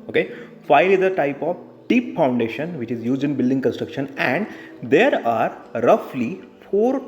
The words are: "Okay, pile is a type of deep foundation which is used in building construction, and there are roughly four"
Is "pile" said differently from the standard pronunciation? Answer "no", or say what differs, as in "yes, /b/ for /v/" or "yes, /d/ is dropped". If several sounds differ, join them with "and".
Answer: yes, /f/ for /p/